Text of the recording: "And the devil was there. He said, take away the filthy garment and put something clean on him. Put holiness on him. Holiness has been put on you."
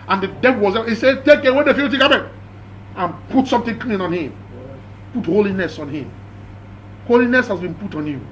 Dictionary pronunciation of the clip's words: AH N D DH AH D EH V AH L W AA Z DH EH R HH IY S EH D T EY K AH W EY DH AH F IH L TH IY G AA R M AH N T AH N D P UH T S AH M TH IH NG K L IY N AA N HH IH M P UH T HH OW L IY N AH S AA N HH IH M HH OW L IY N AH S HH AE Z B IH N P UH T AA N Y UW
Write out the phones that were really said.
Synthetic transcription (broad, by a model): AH N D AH D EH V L W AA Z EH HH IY S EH T EY K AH W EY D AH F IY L T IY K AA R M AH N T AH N P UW T S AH M T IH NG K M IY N AA N HH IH M P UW T HH OW L IY N AH S AA N HH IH M HH OW L IY N AH S HH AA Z B IH N P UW T AA N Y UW